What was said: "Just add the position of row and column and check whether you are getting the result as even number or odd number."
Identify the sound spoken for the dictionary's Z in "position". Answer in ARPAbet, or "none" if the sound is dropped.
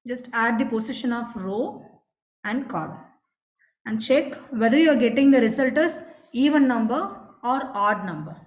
S